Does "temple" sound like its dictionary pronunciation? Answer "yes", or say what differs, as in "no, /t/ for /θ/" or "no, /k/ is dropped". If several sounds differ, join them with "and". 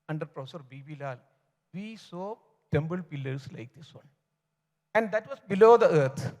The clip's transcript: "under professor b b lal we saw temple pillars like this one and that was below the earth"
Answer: no, /b/ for /p/